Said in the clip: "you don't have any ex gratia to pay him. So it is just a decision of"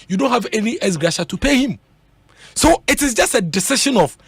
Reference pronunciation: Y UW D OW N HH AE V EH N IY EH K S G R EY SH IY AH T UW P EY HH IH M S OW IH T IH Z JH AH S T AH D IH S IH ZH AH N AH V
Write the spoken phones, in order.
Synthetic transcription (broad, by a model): Y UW D OW N HH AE V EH N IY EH S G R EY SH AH T UW P EY HH IH M S OW IH T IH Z JH AH S T AH D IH S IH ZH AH N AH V